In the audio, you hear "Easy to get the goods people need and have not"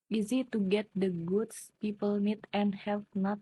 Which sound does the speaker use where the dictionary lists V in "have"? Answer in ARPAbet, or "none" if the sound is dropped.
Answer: P